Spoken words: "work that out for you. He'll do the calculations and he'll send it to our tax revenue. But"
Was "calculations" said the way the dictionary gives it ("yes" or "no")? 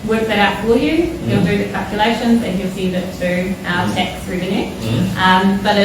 yes